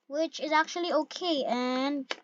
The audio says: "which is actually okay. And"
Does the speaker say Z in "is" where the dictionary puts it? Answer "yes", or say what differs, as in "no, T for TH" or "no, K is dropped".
yes